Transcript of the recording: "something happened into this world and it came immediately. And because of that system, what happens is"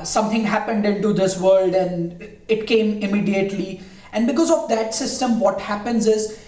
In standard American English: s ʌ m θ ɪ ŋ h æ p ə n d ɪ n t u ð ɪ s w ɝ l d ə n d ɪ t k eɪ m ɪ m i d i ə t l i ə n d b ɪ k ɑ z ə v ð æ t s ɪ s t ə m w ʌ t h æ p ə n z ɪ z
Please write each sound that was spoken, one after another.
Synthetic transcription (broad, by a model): s ʌ m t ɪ ŋ h æ p ə n d ɪ n t u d ɪ s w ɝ l d ə n d ɪ t k eɪ m ɪ m i d i ə t l i ə n d b ɪ k ɑ z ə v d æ t s ɪ s t ə m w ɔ t h æ p ə n z ɪ z